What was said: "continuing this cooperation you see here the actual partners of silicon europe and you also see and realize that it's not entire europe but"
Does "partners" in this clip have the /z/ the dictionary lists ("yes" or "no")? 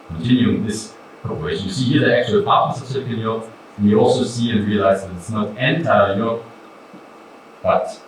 no